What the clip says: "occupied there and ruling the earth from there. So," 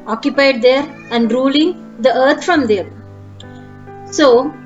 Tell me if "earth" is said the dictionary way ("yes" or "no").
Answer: no